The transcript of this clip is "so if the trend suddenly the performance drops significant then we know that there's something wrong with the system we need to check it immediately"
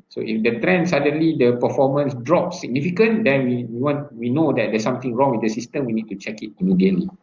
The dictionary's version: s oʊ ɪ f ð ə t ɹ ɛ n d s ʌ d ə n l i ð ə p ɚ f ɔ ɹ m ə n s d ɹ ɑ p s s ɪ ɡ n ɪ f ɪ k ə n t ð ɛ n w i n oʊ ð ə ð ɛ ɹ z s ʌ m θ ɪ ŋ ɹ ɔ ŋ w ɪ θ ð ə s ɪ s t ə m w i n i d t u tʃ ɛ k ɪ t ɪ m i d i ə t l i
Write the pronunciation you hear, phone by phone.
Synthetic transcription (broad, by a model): s oʊ ɪ f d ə t ɹ ɛ n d s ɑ d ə n l i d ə p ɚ f ɔ m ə n s d ɹ ɑ p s s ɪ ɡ n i f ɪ k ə n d ɛ n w i n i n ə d ɛ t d s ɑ m t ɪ ŋ ɹ ɔ ŋ w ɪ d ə s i s t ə m w i n i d t u tʃ ɛ k ɪ t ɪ m i d i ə t l i